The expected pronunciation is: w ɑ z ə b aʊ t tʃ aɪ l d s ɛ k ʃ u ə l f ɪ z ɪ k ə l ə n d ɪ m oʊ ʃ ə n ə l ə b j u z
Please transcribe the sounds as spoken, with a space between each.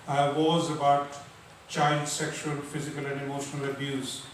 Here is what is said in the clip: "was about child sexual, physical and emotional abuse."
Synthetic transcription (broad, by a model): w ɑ z ə b aʊ t tʃ aɪ l d s ɛ k ʃ u ə l f ɪ z ɪ k ə l ə n d ɪ m oʊ ʃ ə n ə l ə b j u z